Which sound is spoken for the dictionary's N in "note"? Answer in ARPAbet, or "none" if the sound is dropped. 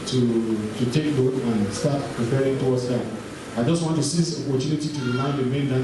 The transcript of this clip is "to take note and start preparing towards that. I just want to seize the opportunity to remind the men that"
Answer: L